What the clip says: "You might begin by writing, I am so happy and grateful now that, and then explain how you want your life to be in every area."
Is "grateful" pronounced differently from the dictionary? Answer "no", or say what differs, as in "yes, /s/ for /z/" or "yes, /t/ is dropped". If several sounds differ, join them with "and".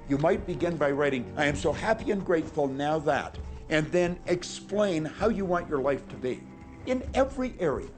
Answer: no